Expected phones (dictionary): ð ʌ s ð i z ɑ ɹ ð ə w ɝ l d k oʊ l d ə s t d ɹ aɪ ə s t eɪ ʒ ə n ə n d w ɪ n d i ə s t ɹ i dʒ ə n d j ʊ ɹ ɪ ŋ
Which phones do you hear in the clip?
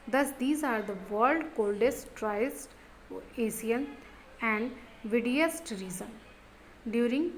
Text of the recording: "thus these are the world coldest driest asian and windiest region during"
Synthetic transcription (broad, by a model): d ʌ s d i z ɑ ɹ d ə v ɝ l d k oʊ l d ə s t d ɹ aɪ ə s t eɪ s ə n ə n d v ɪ d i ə s t ɹ i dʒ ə n d j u ɹ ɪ ŋ